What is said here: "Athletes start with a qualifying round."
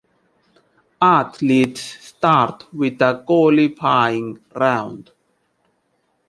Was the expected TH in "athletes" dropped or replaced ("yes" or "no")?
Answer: yes